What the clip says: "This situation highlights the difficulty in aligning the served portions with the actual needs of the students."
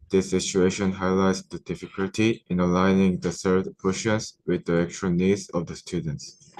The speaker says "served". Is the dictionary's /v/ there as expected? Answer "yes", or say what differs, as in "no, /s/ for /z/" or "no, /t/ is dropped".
no, /v/ is dropped